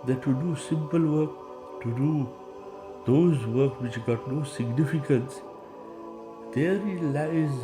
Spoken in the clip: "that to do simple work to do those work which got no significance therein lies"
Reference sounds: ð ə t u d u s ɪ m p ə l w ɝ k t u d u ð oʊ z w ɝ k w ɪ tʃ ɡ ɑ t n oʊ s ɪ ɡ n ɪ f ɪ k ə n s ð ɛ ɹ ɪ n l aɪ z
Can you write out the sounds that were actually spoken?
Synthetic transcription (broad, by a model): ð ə t u d u s ɪ m p ə l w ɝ k t u d u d oʊ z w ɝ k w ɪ tʃ ɡ ɑ t n oʊ s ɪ ɡ n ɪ f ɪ k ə n s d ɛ ɹ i l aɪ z